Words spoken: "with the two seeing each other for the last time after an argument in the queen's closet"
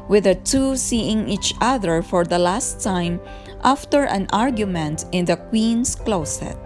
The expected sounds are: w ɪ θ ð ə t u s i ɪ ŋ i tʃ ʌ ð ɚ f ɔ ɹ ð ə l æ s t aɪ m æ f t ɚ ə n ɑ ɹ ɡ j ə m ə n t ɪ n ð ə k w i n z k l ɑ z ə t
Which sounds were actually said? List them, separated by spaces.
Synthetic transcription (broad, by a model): w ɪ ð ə t u s i ɪ ŋ i tʃ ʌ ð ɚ f ɔ ɹ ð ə l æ s t aɪ m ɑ f t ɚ ə n ɑ ɹ ɡ j ə m ə n t ɪ n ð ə k w i n s k l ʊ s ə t